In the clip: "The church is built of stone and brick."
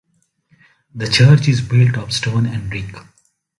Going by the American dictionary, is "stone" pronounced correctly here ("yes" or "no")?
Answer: yes